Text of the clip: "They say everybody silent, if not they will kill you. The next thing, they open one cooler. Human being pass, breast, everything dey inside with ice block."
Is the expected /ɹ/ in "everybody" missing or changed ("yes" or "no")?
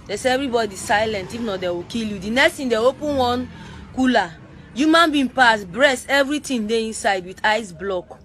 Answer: no